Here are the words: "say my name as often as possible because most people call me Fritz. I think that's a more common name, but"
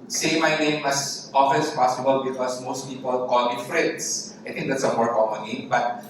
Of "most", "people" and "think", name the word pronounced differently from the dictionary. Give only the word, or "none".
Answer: think